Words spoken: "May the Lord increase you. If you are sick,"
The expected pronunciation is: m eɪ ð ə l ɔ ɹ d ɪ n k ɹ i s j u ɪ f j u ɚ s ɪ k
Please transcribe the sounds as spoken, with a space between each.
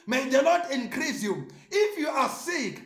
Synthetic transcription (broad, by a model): m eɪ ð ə n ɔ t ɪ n k ɹ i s j u ɪ f j u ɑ s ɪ k